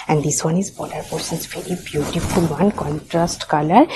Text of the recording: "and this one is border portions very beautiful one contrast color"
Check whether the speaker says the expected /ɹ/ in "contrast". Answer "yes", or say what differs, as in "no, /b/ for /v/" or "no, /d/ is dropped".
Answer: yes